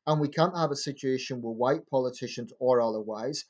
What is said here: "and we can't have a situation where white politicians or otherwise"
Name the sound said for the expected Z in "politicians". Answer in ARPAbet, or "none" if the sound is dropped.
Z